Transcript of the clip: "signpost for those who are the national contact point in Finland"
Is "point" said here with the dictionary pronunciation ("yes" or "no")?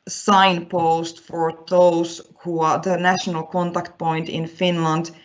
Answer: yes